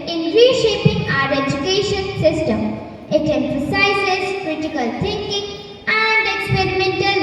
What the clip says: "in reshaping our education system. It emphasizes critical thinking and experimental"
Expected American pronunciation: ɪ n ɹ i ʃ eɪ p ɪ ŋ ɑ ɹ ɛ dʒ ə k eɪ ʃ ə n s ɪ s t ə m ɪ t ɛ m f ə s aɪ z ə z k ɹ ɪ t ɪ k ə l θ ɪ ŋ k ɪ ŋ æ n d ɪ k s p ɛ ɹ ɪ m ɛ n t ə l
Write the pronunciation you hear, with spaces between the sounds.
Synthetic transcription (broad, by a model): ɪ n ɹ i ʃ eɪ p ɪ ŋ ɑ ɹ ɛ dʒ ə k eɪ ʃ ə n s ɪ s t ə m ɪ t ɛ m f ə s aɪ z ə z k ɹ ɪ t ɪ k ə l t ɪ ŋ k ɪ ŋ æ n d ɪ k s p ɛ ɹ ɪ m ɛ n t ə l